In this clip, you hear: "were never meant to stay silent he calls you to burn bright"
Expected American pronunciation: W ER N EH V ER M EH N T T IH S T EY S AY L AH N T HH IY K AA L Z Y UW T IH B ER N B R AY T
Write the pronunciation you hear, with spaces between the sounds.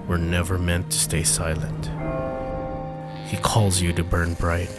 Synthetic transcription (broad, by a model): W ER N EH V ER M EH N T T IH S T EY S AY L AH N T HH IY K AA L Z Y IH T IH B ER N B R AY T